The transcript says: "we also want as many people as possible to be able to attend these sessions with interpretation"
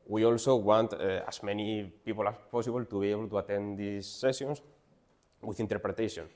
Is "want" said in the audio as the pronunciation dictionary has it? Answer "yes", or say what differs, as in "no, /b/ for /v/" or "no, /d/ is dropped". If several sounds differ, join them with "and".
yes